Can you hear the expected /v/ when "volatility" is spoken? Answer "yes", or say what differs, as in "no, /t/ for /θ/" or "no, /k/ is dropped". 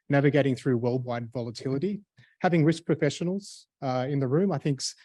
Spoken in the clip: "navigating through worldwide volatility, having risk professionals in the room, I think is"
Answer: yes